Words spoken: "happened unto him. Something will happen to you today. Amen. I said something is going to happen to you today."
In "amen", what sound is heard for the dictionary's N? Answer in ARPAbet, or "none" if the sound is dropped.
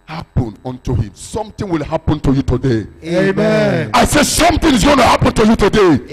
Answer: none